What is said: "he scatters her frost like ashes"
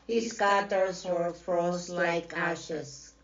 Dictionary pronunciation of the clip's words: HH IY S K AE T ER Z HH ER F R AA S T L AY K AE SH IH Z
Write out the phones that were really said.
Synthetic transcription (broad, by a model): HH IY S K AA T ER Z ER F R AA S L AY K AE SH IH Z